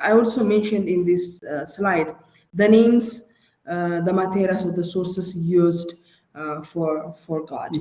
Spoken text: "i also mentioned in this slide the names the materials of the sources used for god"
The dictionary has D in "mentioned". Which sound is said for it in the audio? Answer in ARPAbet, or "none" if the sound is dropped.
D